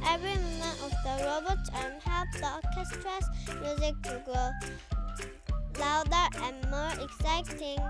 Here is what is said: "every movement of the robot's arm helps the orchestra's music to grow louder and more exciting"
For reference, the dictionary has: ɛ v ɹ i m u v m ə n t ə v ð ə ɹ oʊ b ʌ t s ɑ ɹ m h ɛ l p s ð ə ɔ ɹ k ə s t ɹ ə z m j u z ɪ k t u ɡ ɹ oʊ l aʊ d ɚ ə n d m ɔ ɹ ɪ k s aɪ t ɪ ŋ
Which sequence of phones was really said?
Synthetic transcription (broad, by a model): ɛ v ɹ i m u m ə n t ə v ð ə ɹ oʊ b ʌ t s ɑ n h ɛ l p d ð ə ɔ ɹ k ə s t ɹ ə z m j u z ɪ k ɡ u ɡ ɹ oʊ l aʊ d ɚ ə n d m ɔ ɹ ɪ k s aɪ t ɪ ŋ